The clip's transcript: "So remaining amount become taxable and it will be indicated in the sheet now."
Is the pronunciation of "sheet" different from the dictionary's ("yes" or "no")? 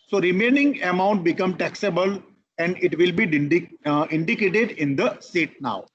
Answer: yes